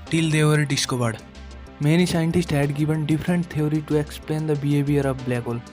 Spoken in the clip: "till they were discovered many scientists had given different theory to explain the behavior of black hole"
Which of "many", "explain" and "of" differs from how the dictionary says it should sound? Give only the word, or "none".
of